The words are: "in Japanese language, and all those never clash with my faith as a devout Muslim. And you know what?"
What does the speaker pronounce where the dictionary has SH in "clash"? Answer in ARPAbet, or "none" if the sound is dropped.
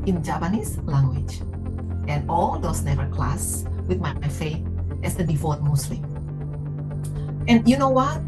S